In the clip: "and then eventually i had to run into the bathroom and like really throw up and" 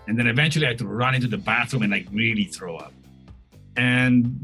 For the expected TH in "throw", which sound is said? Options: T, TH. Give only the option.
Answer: TH